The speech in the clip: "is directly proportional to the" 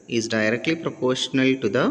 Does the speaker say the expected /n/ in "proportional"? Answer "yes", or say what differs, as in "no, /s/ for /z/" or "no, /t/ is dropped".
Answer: yes